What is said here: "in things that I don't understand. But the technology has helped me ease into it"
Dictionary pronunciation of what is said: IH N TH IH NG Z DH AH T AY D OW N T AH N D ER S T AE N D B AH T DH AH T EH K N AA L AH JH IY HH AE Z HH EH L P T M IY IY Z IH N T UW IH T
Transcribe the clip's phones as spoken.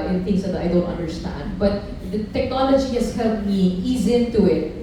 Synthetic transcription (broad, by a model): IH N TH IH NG S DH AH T AY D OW N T AH N D ER S T AE N D B AH T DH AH T EH K N AA L AH JH IY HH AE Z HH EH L T M IY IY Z IH N T UW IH T